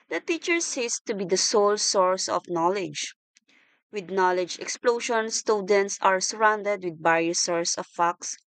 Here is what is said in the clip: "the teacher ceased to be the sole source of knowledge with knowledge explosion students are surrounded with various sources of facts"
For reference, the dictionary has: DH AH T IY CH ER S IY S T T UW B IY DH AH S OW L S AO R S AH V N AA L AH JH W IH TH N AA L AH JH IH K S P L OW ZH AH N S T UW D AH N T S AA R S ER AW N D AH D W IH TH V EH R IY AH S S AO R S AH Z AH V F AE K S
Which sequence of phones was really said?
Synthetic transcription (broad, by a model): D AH T IY CH ER S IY S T T UW B IY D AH S OW L S AO R S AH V N AA L AH JH W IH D N AA L AH JH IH K S P L OW SH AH N S T UW D AH N T S AA R S ER AW N D AH D W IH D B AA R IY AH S S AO R S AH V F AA K S